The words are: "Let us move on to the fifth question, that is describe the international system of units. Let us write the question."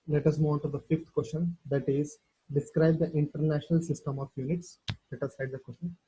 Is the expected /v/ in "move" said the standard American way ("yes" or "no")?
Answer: no